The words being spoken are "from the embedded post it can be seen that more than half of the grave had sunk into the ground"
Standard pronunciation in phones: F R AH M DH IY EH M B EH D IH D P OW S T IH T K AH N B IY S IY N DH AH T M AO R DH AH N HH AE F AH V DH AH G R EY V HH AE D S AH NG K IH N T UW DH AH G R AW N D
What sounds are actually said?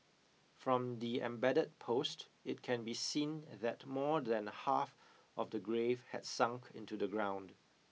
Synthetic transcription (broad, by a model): F R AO M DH IY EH M B EH D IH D P OW S T IH T K AH N B IY S IY N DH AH T M AO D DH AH N HH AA F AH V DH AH G R EY V HH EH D S AH NG K IH N T UW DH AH G R AW N D